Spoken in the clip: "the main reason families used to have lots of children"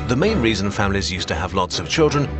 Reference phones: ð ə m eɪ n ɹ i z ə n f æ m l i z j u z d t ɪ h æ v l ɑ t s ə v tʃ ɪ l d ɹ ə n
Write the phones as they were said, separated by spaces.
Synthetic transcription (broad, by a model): ð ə m eɪ n ɹ i z ə n f æ m l i z j u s t ɪ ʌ v l ɑ t s ə v tʃ ɪ l d ɹ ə n